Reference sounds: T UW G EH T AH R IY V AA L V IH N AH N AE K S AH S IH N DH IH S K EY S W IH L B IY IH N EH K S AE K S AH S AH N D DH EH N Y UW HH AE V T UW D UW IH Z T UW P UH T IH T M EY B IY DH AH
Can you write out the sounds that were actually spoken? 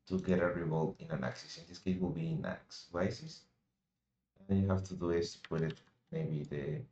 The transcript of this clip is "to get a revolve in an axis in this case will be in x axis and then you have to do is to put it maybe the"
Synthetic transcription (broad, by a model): T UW G EH T AH R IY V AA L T IH N AH N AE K S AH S IH N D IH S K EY W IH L B IY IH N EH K S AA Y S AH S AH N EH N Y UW HH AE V T UW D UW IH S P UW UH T IH T M EY B IY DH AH